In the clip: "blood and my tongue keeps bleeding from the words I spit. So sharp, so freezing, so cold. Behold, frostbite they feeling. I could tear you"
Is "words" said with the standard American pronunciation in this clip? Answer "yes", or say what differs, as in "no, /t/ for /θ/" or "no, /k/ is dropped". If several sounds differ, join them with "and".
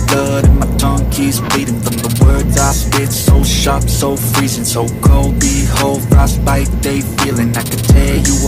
yes